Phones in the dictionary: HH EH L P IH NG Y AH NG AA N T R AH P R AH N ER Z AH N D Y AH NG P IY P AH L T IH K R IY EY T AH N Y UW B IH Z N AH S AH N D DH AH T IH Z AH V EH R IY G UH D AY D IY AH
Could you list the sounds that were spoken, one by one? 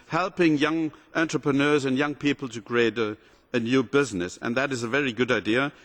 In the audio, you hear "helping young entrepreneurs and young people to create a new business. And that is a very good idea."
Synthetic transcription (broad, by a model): HH EH L P IH NG Y AH NG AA N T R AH P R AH N ER Z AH N Y AH NG P IY P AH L T IH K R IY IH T AH N Y UW B IH Z N AH S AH N DH AH T IH Z AH V EH R IY G UH D AY D IY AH